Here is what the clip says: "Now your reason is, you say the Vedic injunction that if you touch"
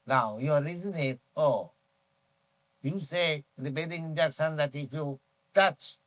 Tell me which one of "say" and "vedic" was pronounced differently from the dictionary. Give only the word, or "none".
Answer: vedic